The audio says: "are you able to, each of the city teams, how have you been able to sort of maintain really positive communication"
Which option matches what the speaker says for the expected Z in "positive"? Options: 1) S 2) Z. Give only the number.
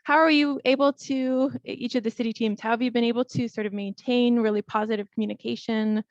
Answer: 2